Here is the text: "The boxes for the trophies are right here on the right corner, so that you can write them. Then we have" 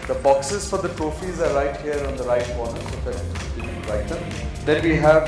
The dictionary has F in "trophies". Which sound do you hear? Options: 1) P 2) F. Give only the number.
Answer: 2